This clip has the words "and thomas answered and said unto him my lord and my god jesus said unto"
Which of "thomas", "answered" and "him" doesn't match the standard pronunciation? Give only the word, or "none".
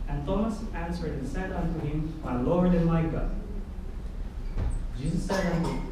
answered